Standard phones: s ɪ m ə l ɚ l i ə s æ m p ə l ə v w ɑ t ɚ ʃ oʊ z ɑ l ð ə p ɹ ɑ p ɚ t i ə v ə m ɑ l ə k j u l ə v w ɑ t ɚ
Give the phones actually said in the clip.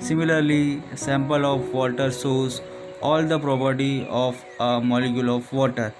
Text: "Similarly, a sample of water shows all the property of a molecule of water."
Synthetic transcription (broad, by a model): s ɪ m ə l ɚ l i s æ m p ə l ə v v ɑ t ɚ s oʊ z ɑ l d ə p ɹ ɑ p ɚ t i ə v ə m ɑ l ə k j u l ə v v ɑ t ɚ